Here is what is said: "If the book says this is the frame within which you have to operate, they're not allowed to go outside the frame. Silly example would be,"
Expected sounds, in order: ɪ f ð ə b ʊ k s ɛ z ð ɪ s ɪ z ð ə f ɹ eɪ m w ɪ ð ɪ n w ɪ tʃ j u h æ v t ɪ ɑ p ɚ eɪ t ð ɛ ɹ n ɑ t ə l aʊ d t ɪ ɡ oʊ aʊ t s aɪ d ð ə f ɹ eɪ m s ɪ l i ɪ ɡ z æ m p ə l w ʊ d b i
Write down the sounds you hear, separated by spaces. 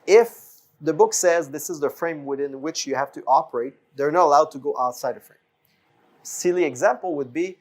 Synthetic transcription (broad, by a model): ɪ f ð ə b ʊ k s ɛ z ð ɪ s ɪ z ð ə f ɹ eɪ m w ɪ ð ɪ n w ɪ tʃ j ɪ h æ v t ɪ ɑ p ɚ eɪ t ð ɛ ɹ n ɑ t ə l aʊ d t ɪ ɡ oʊ aʊ t s aɪ d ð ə f ɹ eɪ m s ɪ l i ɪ ɡ z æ m p l w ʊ d b i